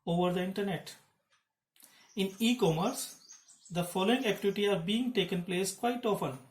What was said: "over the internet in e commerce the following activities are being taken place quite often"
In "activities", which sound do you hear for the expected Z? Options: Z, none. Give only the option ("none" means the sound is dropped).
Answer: none